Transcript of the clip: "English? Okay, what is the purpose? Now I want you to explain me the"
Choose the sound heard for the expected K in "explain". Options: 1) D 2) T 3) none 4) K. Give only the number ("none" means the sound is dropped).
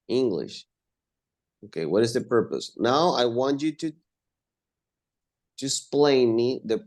3